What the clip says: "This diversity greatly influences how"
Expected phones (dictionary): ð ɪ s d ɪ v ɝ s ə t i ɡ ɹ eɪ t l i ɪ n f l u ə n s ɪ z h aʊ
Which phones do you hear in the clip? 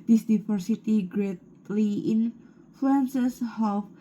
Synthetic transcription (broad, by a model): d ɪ s d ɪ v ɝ s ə t i ɡ ɹ eɪ t l i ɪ n f l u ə n s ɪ s h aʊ